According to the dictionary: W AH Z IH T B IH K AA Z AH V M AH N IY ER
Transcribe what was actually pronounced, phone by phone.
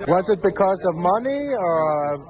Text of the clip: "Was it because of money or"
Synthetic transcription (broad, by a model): W AH Z IH T B IH K AA Z AH V M AH N IY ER